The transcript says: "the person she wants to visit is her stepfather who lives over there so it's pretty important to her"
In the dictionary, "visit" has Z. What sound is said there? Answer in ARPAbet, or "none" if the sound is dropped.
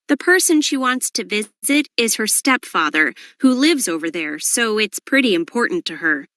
Z